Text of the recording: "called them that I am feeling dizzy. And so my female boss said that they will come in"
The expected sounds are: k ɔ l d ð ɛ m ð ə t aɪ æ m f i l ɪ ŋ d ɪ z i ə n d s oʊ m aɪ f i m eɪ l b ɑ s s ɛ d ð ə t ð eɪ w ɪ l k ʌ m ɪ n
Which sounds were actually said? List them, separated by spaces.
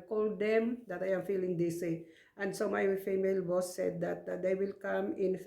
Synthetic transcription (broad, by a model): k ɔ l d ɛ m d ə t aɪ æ m f i l ɪ ŋ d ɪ s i ə n d s oʊ m aɪ f i m eɪ l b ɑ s s ɛ d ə t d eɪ w ɪ l k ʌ m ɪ n